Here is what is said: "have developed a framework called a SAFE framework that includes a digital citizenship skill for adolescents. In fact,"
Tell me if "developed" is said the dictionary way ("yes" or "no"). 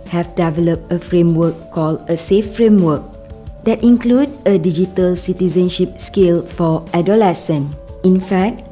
yes